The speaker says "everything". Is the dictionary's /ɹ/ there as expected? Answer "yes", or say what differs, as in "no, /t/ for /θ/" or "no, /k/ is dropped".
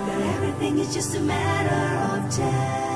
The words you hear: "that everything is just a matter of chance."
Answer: yes